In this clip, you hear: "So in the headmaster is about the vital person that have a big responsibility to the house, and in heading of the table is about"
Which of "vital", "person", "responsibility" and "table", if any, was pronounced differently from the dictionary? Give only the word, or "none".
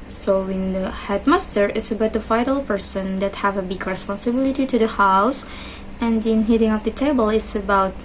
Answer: vital